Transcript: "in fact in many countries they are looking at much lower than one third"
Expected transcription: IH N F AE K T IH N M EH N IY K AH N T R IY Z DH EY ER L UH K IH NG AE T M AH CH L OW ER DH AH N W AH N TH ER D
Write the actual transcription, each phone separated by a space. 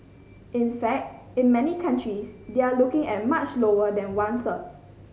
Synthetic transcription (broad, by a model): IH N F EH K T IH N M EH N IY K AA N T R IY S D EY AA L UH K IH NG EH T M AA CH L OW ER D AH N W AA N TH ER